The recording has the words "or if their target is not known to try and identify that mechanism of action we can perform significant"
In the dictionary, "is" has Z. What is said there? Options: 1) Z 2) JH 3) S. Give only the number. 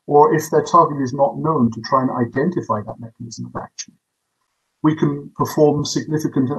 1